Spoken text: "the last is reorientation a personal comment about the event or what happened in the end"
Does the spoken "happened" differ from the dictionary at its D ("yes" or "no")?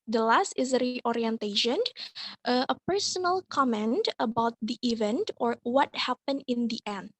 yes